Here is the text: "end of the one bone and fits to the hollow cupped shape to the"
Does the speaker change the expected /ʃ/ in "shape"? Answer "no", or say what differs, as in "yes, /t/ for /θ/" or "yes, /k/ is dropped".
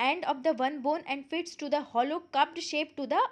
no